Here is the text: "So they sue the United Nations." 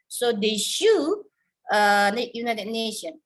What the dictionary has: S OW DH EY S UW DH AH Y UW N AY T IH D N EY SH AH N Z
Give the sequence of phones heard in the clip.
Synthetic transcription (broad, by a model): S OW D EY SH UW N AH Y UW N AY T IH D N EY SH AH N